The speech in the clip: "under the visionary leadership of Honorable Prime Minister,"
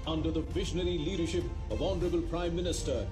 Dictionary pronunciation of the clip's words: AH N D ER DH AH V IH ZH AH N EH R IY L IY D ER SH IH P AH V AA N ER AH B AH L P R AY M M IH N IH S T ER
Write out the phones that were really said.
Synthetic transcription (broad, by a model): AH N D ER DH AH V IH ZH AH N EH R IY L IY D ER SH IH P AH V AA N ER AH B AH L P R AY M M IH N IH S T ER